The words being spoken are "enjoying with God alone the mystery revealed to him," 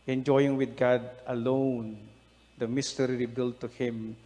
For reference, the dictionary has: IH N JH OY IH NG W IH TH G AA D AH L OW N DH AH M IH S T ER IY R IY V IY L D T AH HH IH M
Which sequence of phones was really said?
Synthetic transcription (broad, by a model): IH N JH OY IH NG W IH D G AA D AH L OW N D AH M IH S T ER IY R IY B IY L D T AH HH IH M